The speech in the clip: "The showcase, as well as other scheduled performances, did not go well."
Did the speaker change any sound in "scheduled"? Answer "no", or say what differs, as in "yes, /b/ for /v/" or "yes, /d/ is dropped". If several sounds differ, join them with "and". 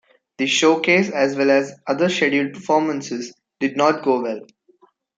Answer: yes, /l/ is dropped